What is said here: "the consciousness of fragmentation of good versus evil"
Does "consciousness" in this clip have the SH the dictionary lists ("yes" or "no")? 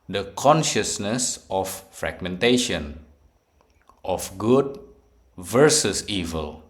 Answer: yes